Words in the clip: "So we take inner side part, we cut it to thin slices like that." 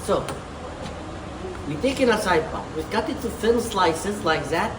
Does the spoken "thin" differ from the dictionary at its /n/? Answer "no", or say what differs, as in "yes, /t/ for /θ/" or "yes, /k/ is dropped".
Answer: yes, /l/ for /n/